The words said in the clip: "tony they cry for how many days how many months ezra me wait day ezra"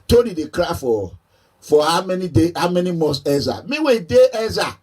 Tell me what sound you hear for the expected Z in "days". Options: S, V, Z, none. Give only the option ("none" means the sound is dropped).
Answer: none